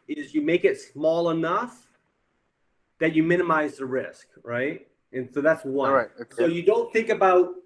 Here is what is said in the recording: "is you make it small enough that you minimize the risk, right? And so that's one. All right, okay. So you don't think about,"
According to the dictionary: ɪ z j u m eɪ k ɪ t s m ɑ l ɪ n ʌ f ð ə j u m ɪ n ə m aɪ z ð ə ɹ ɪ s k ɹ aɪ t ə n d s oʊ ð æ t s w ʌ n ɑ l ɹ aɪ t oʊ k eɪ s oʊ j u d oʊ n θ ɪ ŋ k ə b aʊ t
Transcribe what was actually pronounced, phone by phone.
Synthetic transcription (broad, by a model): ɪ z j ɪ m eɪ k ɪ t s m ɑ l ɪ n ʌ f ð ə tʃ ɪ m ɪ n ə m aɪ z ð ə ɹ ɪ s k ɹ aɪ t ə n s oʊ ð æ t s w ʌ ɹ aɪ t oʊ s oʊ j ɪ d oʊ n θ ɪ ŋ k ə b aʊ t